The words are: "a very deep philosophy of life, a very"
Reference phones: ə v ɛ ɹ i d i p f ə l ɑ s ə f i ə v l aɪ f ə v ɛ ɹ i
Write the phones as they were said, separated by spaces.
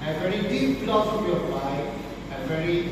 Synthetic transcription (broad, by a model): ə v ɛ ɹ i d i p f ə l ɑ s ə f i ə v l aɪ ə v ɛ ɹ i